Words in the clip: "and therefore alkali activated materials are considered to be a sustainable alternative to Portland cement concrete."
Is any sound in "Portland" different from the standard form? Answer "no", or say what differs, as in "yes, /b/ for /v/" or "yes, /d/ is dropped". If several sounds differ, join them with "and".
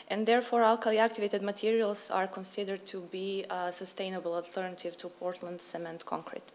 no